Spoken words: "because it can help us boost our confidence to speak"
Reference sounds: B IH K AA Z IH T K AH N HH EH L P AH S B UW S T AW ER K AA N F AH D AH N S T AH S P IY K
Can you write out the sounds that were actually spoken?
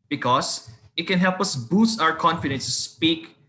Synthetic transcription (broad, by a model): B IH K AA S IH T K AH N HH EH L P AH S B UW S T AW ER K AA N F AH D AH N S T AH S P IY K